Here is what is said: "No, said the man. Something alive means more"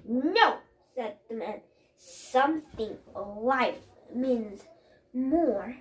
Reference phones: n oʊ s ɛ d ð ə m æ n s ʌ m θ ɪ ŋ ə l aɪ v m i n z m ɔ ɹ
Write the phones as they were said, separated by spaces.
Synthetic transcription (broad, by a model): n oʊ s ɛ d ð ə m æ n s ʌ m θ ɪ ŋ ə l aɪ f m i n z m ɔ ɹ